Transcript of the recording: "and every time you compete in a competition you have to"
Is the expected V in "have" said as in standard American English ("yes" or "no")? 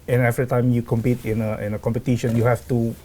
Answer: no